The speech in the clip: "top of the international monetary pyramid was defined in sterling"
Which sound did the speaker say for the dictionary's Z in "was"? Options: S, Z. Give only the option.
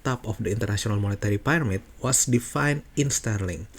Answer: S